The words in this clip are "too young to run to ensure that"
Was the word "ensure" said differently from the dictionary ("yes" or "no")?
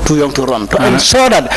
yes